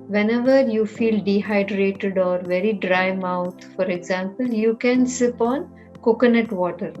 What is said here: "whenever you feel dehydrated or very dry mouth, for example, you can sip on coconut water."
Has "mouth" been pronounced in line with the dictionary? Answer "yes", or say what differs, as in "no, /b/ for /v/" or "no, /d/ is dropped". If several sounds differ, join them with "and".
no, /t/ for /θ/